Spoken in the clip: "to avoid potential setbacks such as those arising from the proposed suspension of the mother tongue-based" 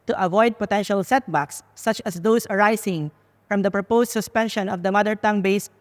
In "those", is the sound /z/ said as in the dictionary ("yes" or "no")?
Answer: no